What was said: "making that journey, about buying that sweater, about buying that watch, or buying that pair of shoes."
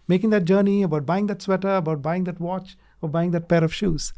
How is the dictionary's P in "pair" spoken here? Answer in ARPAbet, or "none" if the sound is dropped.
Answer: P